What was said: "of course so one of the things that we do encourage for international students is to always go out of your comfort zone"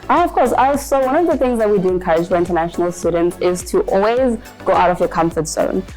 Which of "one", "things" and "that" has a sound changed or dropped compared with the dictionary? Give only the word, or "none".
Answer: none